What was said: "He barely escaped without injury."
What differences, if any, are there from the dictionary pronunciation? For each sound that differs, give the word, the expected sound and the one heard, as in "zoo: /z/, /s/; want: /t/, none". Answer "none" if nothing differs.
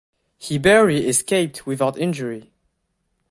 barely: /l/, none